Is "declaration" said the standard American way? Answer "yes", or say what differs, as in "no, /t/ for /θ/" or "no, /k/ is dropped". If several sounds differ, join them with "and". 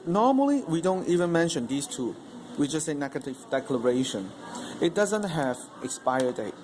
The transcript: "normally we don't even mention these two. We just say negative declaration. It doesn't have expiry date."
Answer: yes